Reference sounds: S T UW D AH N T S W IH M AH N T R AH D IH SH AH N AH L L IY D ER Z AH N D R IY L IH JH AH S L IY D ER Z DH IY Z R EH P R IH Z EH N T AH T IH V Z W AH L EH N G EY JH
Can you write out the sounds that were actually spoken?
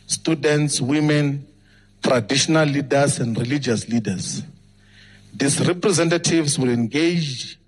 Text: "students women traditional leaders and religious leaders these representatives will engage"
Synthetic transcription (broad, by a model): S T UW D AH N T S W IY M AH N T R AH D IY SH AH N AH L L IY D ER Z AH N D R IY L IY JH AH S L IY D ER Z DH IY S R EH P R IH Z EH N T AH T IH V S W AH L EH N G EY JH